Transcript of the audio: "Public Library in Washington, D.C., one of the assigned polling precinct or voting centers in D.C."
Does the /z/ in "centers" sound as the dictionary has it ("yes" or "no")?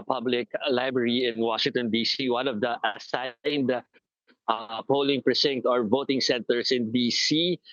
no